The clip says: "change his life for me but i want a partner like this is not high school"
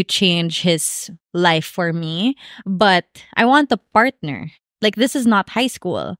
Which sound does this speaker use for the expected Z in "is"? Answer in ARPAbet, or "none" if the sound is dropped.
Z